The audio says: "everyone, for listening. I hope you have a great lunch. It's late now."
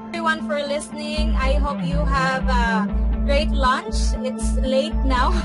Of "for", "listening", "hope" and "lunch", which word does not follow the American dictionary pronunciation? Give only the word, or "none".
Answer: none